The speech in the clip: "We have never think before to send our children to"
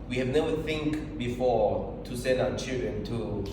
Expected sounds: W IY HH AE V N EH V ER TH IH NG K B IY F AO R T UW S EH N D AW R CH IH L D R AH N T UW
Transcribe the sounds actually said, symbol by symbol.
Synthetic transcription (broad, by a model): W IY HH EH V N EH V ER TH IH NG K B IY F AO T UW S EH N D AW W CH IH L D R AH N T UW